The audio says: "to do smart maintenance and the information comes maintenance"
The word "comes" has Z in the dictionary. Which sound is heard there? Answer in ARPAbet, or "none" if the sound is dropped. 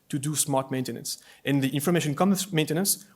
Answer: none